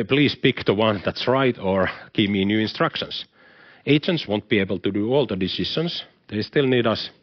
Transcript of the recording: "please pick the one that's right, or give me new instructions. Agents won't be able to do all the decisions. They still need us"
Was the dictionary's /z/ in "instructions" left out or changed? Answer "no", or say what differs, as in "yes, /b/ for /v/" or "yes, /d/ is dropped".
yes, /s/ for /z/